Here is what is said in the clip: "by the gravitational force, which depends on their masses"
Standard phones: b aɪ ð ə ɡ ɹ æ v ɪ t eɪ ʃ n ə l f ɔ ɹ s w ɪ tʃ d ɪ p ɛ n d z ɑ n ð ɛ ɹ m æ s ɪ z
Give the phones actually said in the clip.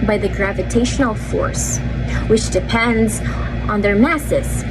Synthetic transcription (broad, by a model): b aɪ ð ə ɡ ɹ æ v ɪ t eɪ ʃ n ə l f ɔ ɹ s w ɪ tʃ d ɪ p ɛ n d z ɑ n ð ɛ ɹ m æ s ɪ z